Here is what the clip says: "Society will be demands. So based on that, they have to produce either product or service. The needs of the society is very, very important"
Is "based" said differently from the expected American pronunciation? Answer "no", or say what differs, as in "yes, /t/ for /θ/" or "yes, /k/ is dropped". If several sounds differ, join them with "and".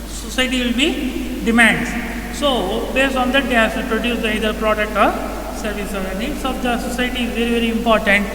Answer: no